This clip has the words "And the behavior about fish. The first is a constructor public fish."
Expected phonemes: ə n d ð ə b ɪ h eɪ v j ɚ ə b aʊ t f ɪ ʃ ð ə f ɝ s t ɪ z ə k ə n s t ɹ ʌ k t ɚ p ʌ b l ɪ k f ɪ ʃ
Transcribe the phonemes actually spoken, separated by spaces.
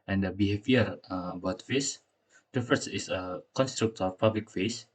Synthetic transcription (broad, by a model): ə n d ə b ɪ h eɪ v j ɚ ə b aʊ t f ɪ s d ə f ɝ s ɪ s ə k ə n s t ɹ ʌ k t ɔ p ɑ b l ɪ k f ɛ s